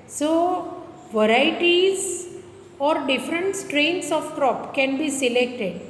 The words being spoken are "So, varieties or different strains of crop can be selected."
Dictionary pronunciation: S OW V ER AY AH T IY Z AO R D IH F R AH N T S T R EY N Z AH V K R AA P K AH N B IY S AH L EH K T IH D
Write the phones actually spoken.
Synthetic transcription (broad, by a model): S OW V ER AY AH T IY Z AO R D IH F R AH N T S T R EY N S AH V K R AA P K AH N B IY S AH L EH K T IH D